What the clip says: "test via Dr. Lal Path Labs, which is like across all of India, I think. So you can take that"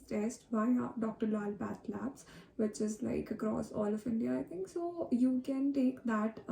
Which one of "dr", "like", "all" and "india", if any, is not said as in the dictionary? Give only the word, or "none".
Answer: none